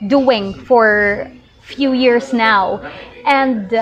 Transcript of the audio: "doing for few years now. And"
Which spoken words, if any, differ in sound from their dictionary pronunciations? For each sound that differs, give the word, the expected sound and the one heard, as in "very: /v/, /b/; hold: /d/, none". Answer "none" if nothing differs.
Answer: years: /z/, /s/